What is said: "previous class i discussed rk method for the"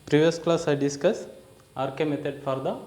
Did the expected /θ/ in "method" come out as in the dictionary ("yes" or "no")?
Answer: no